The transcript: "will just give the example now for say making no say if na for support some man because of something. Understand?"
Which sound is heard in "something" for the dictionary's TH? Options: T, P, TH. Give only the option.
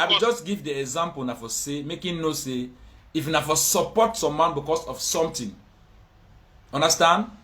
T